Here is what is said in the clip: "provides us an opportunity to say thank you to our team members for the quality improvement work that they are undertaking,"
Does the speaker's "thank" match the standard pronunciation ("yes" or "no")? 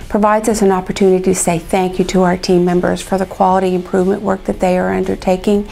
yes